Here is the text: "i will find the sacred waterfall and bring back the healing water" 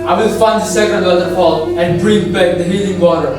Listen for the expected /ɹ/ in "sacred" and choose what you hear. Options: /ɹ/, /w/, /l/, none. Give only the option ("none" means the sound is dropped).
none